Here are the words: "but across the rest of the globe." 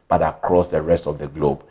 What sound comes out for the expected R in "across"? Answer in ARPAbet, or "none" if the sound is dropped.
R